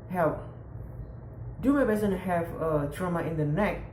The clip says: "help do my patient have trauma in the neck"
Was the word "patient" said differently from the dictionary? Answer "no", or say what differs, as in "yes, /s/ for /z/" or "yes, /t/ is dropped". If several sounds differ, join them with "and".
yes, /b/ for /p/ and /s/ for /ʃ/